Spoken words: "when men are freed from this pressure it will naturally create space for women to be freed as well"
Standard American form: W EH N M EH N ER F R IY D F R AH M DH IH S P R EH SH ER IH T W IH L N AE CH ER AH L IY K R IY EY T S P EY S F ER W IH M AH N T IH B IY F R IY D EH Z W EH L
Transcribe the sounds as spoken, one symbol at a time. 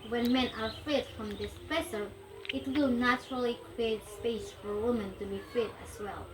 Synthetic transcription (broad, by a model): W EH N M EH N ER F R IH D F R AH M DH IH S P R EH S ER IH T W IH L N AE CH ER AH L IY K R IY EY T S P EY S F ER W IH M AH N T IH B IY F IH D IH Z W EH L